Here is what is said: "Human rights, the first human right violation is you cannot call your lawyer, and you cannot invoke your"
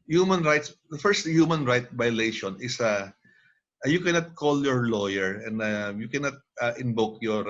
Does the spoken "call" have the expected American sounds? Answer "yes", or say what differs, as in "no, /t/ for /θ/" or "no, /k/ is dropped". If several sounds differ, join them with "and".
yes